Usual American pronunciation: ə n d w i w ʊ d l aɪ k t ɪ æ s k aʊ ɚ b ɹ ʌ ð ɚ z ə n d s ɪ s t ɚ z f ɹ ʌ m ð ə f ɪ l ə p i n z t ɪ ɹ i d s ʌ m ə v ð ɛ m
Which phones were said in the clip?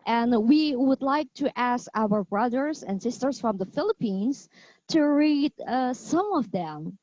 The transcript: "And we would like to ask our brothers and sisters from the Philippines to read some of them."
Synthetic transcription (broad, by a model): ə n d w i w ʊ d l aɪ k t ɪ æ s k aʊ ɚ b ɹ ʌ ð ɚ z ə n s ɪ s t ɚ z f ɹ ʌ m ð ə f ɪ l ə p i n z t ɪ ɹ i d s ʌ m ə v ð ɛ m